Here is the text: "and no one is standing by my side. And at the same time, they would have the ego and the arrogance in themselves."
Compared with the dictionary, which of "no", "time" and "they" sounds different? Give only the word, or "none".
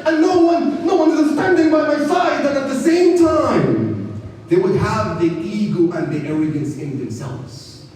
none